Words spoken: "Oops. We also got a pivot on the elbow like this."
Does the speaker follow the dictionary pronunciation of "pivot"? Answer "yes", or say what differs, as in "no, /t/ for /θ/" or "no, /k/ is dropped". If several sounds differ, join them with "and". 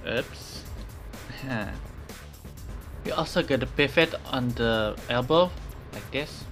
no, /f/ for /v/